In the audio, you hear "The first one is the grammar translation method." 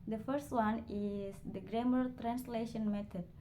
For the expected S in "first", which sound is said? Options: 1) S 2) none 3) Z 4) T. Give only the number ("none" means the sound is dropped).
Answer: 1